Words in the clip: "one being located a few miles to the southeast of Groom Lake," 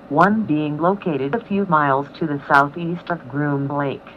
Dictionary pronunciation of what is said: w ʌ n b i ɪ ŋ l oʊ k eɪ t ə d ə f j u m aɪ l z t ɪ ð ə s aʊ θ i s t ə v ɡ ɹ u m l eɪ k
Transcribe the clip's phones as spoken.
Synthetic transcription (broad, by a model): w ʌ n b i ɪ ŋ l oʊ k eɪ t ə d ə f j u m aɪ l z t ɪ ð ə s aʊ θ i s t ə v ɡ ɹ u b l eɪ k